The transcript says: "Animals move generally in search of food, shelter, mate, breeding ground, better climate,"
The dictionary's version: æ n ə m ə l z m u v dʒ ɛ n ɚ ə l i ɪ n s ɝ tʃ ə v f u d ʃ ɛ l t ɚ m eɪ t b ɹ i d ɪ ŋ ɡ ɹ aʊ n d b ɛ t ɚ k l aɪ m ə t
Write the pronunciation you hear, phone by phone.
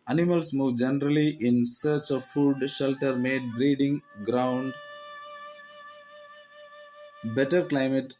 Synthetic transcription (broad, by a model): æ n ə m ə l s m u v dʒ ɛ n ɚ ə l i ɪ n s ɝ tʃ ə v f u d ʃ ɛ l t ɚ m eɪ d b ɹ i d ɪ ŋ ɡ ɹ aʊ n d b ɛ t ɚ k l aɪ m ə t